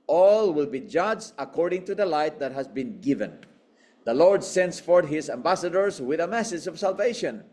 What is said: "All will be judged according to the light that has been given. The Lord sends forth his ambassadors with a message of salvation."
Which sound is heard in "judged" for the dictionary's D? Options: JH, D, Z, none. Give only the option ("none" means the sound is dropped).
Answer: none